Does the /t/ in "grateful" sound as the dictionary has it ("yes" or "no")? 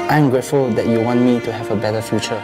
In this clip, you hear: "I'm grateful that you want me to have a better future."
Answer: yes